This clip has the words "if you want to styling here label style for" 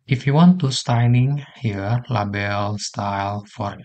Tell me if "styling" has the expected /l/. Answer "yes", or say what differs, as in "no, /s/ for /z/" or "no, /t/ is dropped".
no, /n/ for /l/